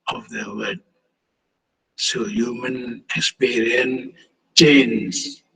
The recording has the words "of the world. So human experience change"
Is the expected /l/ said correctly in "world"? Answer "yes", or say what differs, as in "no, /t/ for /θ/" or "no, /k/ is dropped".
no, /l/ is dropped